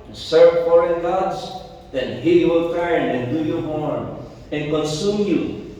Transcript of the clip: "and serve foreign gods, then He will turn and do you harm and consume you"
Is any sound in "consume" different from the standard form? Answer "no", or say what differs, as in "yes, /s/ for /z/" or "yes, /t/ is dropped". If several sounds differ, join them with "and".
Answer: no